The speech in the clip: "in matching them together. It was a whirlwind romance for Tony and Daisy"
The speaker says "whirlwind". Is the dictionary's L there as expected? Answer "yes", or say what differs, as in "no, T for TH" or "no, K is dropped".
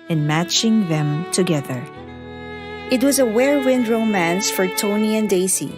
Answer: no, L is dropped